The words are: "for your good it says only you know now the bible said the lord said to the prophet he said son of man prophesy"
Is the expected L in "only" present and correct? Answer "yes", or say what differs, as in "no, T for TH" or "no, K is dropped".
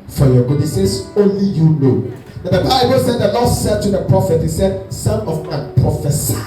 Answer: yes